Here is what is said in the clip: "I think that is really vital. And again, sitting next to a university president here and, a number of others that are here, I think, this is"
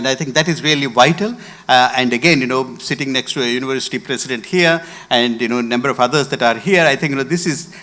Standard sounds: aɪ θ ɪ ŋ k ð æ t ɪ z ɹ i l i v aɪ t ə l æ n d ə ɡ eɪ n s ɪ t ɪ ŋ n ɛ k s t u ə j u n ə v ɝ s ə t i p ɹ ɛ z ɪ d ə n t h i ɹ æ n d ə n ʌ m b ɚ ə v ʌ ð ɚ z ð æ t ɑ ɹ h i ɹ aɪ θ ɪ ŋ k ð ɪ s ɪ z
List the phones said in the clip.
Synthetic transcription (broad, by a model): aɪ t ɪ ŋ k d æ t ɪ z ɹ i l i v aɪ t ə l æ n d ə ɡ eɪ n s ɪ t ɪ ŋ n ɛ k s t u ə j u n ə v ɝ s ə t i p ɹ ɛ s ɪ d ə n t h i ɹ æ n d ə n ʌ m b ɚ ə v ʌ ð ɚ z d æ t ɑ ɹ h i ɹ aɪ t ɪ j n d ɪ s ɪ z